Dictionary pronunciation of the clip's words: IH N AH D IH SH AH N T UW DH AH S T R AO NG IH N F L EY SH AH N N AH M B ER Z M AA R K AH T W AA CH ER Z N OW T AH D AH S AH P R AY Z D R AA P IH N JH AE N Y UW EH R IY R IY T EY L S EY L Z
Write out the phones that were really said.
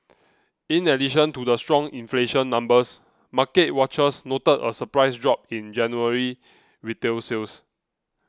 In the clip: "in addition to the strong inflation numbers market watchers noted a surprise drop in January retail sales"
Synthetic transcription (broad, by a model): IH N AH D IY SH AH N T UW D AH S T R AO NG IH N F L EY SH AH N N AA M B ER S M AA K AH T W AA CH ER S N OW T AH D AH S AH P R AY S D R AA P IH N JH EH N Y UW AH R IY W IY T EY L S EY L S